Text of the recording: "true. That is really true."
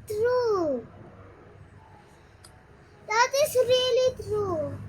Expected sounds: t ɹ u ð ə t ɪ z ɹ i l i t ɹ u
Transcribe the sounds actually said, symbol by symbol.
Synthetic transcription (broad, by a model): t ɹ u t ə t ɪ s ɹ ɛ l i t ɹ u